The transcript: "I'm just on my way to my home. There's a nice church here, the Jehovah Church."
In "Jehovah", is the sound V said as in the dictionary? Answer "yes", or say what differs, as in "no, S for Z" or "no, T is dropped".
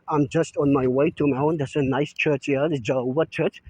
no, V is dropped